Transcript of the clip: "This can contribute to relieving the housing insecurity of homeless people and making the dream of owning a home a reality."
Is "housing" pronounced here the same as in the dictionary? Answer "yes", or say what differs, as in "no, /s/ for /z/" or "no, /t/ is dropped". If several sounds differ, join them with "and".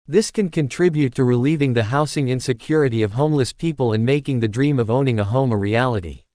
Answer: no, /s/ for /z/